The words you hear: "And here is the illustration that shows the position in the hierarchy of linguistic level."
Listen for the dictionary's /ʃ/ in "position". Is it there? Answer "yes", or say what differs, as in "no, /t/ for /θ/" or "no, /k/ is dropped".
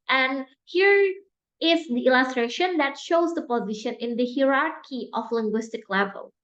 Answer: yes